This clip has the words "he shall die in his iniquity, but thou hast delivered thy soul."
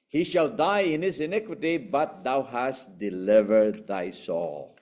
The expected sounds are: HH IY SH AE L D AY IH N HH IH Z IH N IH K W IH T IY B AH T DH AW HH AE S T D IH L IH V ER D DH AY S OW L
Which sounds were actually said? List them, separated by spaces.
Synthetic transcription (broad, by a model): HH IY SH AE L D AY IH N HH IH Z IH N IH K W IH T IY B AH T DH AW HH AE S T D IH L IH V ER D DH AY S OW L